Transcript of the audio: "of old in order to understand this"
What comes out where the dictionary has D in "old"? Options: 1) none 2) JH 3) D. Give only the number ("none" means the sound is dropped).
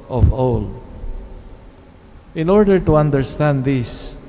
1